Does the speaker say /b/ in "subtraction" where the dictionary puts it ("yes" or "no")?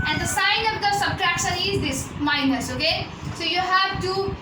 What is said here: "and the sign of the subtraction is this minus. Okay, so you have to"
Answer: yes